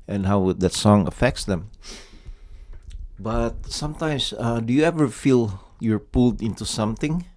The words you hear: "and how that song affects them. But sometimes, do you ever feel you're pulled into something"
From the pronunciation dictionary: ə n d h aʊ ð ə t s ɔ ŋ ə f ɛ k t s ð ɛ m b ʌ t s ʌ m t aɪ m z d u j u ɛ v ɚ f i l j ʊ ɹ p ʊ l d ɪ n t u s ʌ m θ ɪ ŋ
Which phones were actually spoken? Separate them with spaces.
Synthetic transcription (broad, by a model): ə n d h aʊ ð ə t s ɔ ŋ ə f ɛ k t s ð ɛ m b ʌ t s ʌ m t aɪ m s d u j u ɛ v ɚ f i l j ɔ ɹ p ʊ l d ɪ n t u s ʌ m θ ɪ ŋ